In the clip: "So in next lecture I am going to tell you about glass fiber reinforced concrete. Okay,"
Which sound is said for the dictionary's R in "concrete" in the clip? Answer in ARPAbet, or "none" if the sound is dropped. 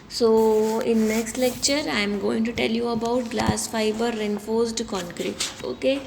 R